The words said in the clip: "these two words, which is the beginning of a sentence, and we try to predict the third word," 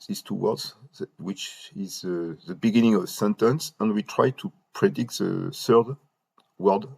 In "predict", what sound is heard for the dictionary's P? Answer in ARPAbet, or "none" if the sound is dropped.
P